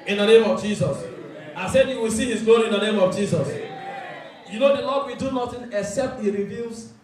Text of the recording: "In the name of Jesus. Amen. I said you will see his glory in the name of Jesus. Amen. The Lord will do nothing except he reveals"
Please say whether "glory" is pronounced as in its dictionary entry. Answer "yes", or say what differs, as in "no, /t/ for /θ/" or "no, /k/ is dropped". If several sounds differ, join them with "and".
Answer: no, /l/ is dropped